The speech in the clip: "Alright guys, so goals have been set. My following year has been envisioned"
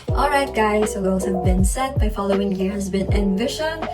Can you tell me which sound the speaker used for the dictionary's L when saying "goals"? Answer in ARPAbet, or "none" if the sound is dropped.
none